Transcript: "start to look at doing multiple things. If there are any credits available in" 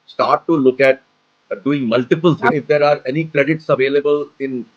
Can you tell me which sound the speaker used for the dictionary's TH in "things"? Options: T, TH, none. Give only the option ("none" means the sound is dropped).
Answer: T